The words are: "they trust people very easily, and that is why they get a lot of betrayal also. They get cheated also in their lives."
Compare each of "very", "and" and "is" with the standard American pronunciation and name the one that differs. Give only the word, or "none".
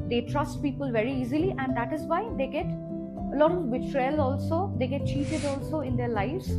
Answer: none